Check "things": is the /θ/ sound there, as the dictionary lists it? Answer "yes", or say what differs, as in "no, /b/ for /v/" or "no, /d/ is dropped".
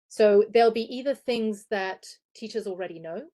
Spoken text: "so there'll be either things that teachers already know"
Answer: yes